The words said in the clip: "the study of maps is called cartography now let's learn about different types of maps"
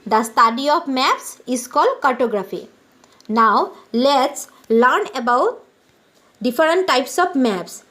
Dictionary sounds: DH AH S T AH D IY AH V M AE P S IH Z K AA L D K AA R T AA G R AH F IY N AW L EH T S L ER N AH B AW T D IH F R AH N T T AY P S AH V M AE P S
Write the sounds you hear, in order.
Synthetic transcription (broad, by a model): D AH S T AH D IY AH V M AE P S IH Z K AA L D K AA R T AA G R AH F IY N AW L EH T S L ER N AH B AW T D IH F R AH N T T AY P S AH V M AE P S